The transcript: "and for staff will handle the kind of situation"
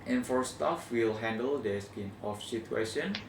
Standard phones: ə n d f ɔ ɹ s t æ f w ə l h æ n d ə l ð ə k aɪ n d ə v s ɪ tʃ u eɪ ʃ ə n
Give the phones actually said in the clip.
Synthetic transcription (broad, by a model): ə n f ɔ ɹ s t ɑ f w ə l h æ n d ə l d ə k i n ə f s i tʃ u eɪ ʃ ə n